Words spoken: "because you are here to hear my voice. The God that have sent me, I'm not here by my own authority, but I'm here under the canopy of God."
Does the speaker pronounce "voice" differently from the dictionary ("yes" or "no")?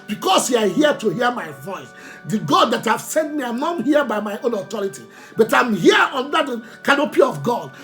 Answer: no